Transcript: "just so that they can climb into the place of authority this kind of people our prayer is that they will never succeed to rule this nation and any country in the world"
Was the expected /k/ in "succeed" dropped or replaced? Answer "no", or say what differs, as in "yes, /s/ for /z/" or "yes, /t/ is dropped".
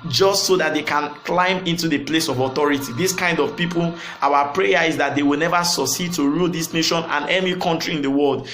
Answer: yes, /k/ is dropped